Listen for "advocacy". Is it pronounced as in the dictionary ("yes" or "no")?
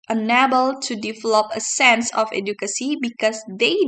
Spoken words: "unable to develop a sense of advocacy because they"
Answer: no